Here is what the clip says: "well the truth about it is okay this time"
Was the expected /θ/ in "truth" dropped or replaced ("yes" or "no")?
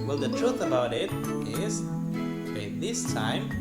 yes